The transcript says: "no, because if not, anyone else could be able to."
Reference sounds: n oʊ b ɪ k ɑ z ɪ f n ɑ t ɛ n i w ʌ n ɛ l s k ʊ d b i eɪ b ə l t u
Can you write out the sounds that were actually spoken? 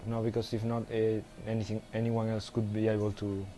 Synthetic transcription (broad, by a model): n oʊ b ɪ k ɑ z ɪ f n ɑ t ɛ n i w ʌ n ɛ l s k ʊ d b i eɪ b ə l t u